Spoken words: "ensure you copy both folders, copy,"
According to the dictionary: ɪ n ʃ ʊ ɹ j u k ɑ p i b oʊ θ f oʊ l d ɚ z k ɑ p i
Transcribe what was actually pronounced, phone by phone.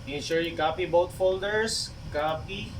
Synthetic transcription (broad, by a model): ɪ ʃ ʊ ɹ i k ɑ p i b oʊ t f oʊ l d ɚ s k ɑ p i